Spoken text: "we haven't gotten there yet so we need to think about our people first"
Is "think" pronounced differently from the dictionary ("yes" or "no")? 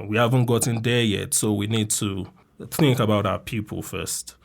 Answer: no